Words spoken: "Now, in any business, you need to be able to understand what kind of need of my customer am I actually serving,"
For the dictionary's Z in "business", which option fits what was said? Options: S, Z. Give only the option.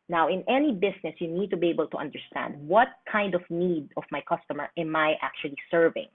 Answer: S